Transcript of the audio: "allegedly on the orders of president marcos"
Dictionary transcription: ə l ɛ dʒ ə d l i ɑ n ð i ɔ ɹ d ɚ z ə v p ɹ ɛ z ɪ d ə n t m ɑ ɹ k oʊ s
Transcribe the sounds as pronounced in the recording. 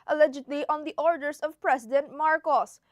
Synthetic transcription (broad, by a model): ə l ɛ dʒ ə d l i ɑ n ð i ɔ ɹ d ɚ s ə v p ɹ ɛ s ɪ d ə n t m ɑ ɹ k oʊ s